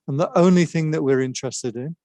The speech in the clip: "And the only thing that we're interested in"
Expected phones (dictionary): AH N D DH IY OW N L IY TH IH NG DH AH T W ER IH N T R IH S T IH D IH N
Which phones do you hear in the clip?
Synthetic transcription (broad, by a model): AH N DH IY OW N L IY TH IH NG DH AH T W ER IH N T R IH S T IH D IH N